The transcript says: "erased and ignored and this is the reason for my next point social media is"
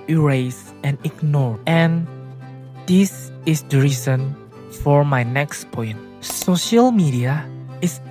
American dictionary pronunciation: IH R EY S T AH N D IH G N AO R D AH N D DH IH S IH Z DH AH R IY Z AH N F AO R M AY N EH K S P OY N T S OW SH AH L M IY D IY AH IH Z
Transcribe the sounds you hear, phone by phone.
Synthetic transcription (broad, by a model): R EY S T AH N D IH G N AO R AH N D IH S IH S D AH R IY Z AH N F AO R M AY N EH K S P OY N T S OW SH AH L M IY D IY AH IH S